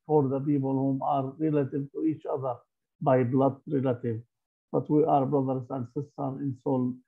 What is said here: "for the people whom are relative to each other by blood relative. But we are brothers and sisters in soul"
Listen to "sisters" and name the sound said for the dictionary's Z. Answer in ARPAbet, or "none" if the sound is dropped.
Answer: none